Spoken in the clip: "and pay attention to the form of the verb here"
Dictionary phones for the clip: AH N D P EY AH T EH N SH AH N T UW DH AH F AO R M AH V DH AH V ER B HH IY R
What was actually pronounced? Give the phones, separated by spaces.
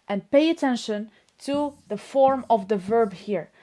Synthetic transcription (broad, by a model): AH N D P EY AH T EH N SH AH N T UW DH AH F AO R M AH V DH AH V ER B HH IY R